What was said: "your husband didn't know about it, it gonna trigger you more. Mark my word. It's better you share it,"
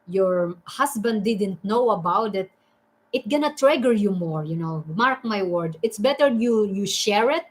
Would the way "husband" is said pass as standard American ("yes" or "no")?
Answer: no